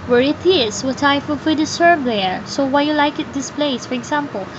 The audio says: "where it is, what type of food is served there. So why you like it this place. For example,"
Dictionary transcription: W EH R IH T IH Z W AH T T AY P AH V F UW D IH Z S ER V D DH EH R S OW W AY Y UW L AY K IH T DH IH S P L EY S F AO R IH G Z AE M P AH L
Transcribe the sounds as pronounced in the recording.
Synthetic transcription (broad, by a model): W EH R IH T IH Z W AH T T AY F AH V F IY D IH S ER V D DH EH R S OW W AY Y UW L AY K IH T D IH S P L EY S F AO R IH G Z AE M P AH L